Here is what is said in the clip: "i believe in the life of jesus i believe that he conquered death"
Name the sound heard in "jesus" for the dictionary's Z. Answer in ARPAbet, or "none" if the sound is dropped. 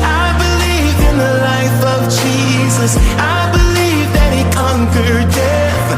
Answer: Z